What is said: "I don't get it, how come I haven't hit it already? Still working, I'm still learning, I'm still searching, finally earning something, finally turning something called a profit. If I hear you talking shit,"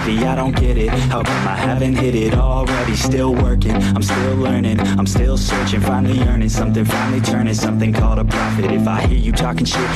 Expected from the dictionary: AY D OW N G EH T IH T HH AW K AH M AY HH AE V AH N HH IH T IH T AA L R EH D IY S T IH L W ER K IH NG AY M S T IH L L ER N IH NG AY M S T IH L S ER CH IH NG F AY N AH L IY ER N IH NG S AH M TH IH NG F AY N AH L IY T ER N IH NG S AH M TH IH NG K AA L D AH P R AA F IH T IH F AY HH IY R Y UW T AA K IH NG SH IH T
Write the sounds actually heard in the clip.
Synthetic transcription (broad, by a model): AY D OW N G EH T IH T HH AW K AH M AY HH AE V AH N HH IH T IH T AA L R EH D IY S T IH L W ER K IH NG AY M S T IH L L ER N IH NG AY M S T IH L S ER CH IH NG F AY N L IY ER N IH NG S AH M TH IH NG F AY N L IY T ER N IH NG S AH M TH IH NG K AA L D AH P R AA F IH T IH F AY HH IY R Y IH T AA K IH NG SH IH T